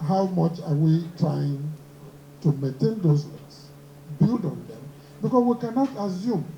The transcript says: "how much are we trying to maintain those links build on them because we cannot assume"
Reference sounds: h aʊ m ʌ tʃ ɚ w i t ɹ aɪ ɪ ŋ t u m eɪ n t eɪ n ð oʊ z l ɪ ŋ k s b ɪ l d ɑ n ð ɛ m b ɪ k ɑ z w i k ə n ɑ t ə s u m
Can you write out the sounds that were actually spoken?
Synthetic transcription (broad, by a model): h aʊ m ʌ tʃ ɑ w i t ɹ aɪ ɪ ŋ t u m eɪ n t eɪ n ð oʊ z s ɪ k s b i l d ɑ n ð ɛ m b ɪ k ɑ s w i k ə n ɑ t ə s u m